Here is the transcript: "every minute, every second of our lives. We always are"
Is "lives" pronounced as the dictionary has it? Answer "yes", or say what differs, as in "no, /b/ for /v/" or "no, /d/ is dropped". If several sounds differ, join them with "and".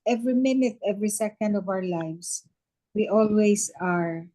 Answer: no, /s/ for /z/